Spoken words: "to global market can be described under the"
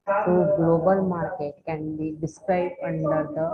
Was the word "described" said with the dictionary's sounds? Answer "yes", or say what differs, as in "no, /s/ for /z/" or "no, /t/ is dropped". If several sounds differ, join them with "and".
no, /b/ is dropped